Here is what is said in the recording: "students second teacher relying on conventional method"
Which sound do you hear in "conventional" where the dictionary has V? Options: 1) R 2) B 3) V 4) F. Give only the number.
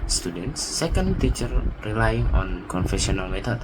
4